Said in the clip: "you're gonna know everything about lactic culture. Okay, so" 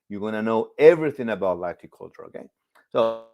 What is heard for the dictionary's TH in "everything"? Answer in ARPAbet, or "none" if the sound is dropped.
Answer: TH